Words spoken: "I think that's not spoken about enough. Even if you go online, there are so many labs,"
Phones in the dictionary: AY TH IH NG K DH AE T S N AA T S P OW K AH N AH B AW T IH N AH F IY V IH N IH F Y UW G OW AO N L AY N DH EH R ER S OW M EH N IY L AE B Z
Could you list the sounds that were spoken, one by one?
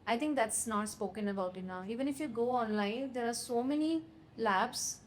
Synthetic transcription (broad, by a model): AY T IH NG K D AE T S N AA T S P OW K AH N AH B AW T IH N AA IY V IH N IH F Y UW G OW AO N L AY N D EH R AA S OW M EH N IY L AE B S